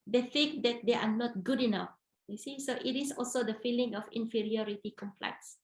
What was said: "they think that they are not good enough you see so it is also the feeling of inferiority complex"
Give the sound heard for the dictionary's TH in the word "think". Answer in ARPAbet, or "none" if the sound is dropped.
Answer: F